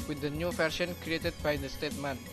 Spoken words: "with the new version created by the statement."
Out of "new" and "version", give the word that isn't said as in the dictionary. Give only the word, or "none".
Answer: version